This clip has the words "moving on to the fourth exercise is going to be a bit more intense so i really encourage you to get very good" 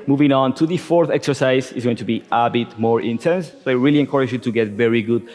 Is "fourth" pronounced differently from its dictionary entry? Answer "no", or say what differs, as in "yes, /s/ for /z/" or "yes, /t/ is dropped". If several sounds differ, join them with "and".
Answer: no